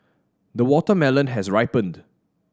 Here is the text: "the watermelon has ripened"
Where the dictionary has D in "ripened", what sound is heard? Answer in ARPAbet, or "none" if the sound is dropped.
D